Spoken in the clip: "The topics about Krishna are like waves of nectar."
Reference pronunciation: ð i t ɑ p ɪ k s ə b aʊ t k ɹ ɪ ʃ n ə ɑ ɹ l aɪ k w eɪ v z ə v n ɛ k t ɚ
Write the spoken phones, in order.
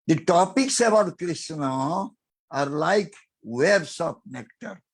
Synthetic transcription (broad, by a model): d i t ɑ p ɪ k s ə b aʊ t k ɹ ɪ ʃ n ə ɑ ɹ l aɪ k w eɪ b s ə p n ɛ k t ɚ